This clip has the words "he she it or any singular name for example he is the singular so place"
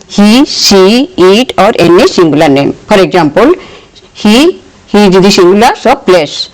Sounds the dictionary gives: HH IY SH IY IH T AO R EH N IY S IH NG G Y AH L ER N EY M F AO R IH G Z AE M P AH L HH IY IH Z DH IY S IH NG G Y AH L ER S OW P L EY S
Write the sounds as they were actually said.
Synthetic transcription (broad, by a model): HH IY S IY IH T AO R EH N IY S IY NG G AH L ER N EY M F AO R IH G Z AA M P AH L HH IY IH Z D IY S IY NG G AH L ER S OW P L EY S